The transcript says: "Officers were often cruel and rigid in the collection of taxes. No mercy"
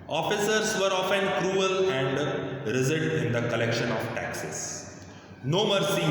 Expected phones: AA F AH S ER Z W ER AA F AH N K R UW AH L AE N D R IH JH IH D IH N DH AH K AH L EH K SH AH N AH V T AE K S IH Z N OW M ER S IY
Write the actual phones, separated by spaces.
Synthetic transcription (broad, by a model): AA F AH S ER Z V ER AA F AH N K R UW AH L AE N D R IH Z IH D IH N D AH K AH L EH K SH AH N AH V T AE K S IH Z N OW M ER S IY